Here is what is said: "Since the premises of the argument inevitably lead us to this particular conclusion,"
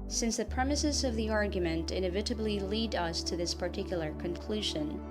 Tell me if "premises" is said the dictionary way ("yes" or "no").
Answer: yes